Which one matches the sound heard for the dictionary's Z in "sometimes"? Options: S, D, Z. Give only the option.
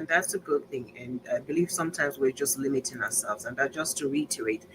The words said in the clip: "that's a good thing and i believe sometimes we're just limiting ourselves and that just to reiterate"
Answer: Z